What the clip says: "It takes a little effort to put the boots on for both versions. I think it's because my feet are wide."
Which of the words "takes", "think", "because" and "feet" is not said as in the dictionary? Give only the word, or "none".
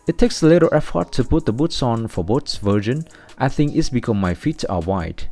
because